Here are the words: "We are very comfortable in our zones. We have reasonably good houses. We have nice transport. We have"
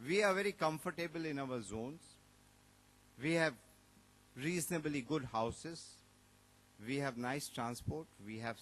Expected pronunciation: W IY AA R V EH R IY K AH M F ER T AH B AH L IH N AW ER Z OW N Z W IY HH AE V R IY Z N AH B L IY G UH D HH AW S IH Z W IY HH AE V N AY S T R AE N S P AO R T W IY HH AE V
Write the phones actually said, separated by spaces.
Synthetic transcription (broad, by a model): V IY AA R V EH R IY K AH M F ER T AH B AH L IH N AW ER Z OW N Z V IY HH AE V R IY Z N AH B L IY G UH D HH AW S IH Z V IY HH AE V N AY S T R AE N S P AO R T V IY HH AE V